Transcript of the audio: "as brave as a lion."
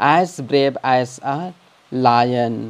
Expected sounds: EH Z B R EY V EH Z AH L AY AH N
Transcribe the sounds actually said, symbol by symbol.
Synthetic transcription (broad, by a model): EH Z B R EY B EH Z AH L AY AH N